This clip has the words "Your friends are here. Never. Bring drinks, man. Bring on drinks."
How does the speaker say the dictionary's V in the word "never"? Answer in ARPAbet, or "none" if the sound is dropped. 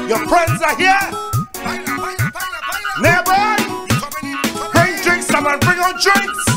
B